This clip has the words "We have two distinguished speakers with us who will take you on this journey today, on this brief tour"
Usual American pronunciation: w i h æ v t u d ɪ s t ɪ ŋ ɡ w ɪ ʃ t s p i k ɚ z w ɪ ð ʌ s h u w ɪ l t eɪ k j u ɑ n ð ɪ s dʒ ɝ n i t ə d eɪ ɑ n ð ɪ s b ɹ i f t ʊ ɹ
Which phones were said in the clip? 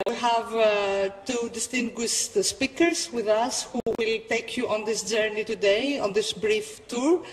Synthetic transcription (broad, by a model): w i h æ v t u d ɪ s t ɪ ŋ ɡ w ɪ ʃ t s p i k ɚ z w ɪ ð ʌ s h u w ɪ l t eɪ k j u ɑ n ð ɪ s dʒ ɝ n i t ə d eɪ ɑ n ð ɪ s b ɹ i f t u ɹ